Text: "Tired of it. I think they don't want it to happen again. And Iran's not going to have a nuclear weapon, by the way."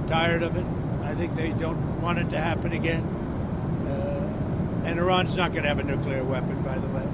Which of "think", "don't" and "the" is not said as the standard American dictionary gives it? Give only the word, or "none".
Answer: none